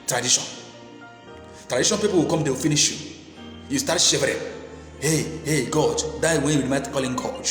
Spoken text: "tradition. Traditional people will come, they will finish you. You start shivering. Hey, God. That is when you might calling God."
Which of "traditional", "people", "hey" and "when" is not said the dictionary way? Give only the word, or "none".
traditional